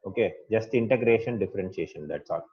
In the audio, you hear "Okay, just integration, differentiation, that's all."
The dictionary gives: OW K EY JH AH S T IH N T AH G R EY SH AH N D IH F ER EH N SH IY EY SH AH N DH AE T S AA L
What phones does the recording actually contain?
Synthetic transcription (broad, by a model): OW K EY JH AH S T IH N T AH G R EY SH AH N D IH F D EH N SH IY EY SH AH N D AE T S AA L